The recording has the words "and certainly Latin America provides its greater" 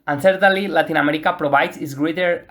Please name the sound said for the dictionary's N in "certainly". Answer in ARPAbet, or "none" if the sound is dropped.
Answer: none